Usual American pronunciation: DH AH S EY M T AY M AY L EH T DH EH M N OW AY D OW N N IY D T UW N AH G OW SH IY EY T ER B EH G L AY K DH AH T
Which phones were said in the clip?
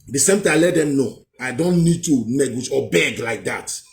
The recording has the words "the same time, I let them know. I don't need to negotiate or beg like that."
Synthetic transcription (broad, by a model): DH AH S EY M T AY AY L EH T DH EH M N OW AY D OW N N IY D T UW N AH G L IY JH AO B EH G L AY K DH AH T